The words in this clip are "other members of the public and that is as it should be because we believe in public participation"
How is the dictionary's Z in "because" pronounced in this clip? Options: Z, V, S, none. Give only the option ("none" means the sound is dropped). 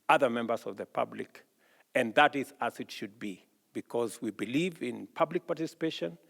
Z